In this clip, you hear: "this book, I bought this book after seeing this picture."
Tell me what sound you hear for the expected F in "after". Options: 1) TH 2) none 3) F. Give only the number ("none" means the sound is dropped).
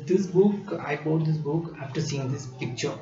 3